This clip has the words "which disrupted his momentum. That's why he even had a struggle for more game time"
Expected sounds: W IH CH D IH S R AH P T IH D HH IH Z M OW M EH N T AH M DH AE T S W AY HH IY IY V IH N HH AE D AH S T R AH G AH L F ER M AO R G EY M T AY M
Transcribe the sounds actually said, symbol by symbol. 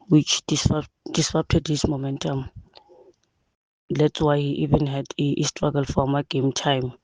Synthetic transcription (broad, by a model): W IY CH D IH S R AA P T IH D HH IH S M OW M EH N T AH M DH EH T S W AY HH IY IY V IH N HH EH D AH S T R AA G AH L F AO M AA G EY M T AY M